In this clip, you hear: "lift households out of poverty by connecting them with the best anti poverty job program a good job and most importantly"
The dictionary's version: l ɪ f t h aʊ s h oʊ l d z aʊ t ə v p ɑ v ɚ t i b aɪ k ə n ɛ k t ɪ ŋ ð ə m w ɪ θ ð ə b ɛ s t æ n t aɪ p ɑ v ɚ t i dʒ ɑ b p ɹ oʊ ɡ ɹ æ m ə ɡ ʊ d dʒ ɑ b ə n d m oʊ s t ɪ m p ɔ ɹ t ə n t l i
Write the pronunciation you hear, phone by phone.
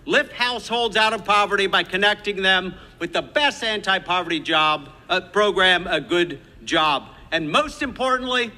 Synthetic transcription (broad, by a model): l ɪ f t h aʊ s h oʊ l d z aʊ t ə v p ɑ v ɚ t i b aɪ k ə n ɛ k t ɪ ŋ ð ə m w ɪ ð ə b ɛ s t æ n t aɪ p ɑ v ɚ t i dʒ ɑ b p ɹ oʊ ɡ ɹ æ m ə ɡ ʊ d dʒ ɑ b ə n m oʊ s t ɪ m p ɔ ɹ t n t l i